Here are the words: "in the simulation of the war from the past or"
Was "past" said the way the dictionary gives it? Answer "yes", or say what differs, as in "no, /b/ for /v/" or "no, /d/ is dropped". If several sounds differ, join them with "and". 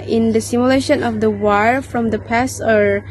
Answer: no, /t/ is dropped